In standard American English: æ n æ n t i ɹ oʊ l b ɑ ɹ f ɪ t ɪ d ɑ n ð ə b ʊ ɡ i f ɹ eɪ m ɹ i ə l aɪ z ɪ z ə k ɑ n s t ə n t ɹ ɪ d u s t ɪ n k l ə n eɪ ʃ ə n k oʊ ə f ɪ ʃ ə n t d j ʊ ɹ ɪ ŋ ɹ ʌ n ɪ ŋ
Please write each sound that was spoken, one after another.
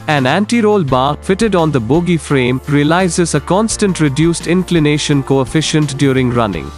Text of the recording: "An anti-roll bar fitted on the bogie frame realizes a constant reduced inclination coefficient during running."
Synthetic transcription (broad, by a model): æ n æ n t i ɹ oʊ l b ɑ ɹ f ɪ t ɪ d ɑ n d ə b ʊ ɡ i f ɹ eɪ m ɹ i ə l aɪ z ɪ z ə k ɑ n s t ə n t ɹ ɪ d u s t ɪ n k l ə n eɪ ʃ ə n k oʊ ə f ɪ ʃ ə n t d j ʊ ɹ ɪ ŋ ɹ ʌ n ɪ ŋ